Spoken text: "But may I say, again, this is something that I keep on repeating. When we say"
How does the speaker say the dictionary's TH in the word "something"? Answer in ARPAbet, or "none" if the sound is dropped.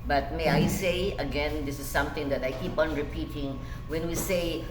T